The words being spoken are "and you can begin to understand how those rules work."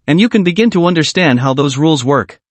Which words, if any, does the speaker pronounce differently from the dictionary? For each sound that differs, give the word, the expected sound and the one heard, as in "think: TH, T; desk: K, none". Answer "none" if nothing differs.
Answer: none